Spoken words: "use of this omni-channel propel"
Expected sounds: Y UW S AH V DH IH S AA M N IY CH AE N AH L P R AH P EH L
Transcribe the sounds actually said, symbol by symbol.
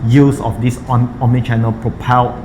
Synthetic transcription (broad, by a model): Y UW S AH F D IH S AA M IY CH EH N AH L P R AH P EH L